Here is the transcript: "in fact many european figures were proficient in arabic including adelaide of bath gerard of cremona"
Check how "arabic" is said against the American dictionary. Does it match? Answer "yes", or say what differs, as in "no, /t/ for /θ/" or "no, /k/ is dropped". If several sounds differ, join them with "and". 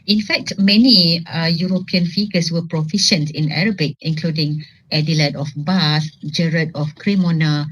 yes